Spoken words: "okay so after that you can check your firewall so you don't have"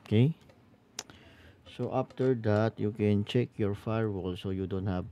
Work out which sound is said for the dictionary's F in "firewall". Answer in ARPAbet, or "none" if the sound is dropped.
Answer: F